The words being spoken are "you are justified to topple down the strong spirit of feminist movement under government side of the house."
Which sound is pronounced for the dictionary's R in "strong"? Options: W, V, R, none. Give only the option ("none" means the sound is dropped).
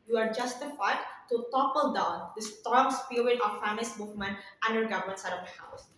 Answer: none